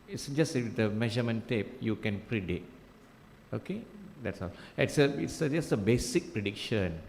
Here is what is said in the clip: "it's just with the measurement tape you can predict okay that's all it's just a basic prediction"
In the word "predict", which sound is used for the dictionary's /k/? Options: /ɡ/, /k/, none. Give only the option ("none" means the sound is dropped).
none